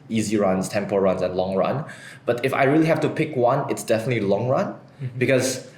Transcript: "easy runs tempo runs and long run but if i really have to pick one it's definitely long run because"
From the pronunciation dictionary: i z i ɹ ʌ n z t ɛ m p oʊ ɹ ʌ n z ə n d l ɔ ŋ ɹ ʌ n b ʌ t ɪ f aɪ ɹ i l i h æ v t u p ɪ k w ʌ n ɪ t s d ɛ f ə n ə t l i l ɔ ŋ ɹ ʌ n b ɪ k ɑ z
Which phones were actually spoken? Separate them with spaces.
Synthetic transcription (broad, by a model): i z i ɹ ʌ n s t ɛ m p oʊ ɹ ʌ n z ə n l ɔ ŋ ɹ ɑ n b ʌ t ɪ f aɪ ɹ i l i h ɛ f t u p ɪ k w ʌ n ɪ t s d ɛ f ə n ə t l i l ɔ ŋ ɹ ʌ n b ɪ k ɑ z